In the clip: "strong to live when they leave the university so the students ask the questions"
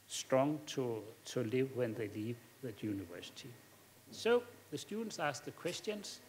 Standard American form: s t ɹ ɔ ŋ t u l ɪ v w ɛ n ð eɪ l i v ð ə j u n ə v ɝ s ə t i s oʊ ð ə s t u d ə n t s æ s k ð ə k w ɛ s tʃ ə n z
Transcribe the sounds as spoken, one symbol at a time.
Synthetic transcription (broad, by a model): s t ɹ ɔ ŋ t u l ɪ v w ɛ n ð eɪ l i v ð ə j u n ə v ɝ s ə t i s oʊ ð ə s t u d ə n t s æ s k ð ə k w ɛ s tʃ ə n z